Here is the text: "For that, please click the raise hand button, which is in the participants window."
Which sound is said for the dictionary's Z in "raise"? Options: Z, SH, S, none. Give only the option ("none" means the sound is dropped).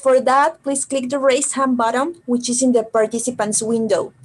S